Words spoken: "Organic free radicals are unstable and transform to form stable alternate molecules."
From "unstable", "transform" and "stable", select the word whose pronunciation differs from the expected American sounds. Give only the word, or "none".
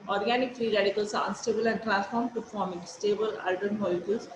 transform